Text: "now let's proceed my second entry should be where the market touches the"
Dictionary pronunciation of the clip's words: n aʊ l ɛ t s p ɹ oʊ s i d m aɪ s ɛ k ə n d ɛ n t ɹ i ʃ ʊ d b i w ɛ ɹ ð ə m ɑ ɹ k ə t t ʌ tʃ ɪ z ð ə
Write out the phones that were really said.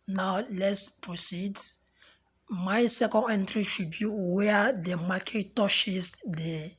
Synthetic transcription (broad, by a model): n aʊ l ɛ t s p ɹ oʊ s i d m aɪ s ɛ k ə n d ɛ n t ɹ i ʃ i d b i w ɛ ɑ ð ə m ɑ k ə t t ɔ ʃ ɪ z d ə